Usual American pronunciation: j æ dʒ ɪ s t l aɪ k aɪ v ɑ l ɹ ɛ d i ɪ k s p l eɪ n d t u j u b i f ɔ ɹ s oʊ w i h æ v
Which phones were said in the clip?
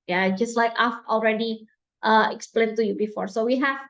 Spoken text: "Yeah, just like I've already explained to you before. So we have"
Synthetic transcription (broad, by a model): j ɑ dʒ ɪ s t l aɪ k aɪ f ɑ l ɹ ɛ d i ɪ k s p l eɪ n t u j u b i f ɔ ɹ s oʊ w i h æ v